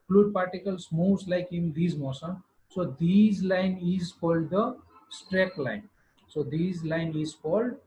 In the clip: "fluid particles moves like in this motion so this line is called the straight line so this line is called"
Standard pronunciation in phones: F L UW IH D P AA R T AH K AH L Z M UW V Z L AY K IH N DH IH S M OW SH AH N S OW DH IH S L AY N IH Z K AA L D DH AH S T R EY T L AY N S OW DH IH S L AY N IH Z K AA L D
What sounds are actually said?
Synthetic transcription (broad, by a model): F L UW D P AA R T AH K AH L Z M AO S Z L AY K IH N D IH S M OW S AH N S OW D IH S L AY N IH Z K AA L D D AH S T R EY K L AY N S OW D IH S L AY N IH Z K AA L D